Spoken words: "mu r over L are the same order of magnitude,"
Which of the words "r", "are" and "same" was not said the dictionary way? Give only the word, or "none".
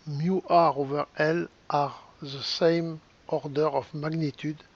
none